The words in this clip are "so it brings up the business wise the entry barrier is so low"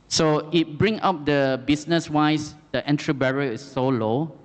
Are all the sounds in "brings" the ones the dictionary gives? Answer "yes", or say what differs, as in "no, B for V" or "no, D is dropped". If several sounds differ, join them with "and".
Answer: no, Z is dropped